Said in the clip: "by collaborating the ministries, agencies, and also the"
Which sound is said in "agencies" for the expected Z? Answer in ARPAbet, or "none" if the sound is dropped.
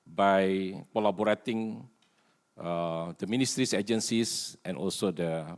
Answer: S